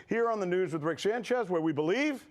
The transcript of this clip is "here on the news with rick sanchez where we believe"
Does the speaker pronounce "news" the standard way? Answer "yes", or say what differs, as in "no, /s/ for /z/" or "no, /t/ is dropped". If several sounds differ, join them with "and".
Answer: yes